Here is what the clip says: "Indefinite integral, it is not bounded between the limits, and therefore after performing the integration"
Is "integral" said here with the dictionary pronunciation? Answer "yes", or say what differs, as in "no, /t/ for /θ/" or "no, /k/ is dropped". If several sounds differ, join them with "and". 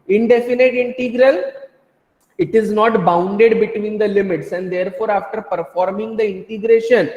yes